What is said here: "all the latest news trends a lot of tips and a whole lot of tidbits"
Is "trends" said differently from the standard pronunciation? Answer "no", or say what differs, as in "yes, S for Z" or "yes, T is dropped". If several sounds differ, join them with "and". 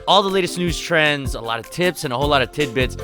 no